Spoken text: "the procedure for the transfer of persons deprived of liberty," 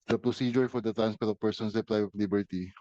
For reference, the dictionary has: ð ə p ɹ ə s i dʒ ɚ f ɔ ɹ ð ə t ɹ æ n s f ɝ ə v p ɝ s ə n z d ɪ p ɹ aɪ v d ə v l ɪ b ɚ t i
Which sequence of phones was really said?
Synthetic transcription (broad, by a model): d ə p ɹ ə s i dʒ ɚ f ɔ ɹ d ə t ɹ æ n s p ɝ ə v p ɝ s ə n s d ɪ p l aɪ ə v l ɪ b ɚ t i